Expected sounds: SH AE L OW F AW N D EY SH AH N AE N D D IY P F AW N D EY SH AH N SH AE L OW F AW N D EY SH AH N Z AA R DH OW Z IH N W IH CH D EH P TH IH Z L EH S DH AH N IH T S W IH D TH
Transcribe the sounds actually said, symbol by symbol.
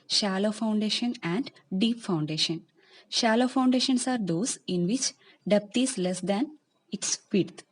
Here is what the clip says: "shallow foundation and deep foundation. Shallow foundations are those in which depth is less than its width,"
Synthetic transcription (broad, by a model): SH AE L OW F AW N D EY SH AH N AE N D D IY P F AW N D EY SH AH N SH AE L OW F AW N D EY SH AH N S AA R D OW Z IH N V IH CH D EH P T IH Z L EH S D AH N IH T S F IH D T